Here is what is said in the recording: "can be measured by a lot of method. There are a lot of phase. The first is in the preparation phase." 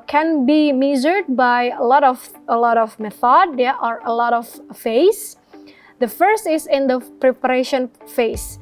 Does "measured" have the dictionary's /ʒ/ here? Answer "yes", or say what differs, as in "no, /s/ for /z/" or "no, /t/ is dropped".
no, /z/ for /ʒ/